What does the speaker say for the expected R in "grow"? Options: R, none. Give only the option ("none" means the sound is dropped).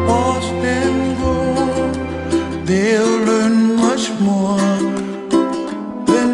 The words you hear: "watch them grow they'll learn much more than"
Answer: none